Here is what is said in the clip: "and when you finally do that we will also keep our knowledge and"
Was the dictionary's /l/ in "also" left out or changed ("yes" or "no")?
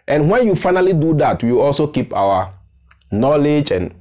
no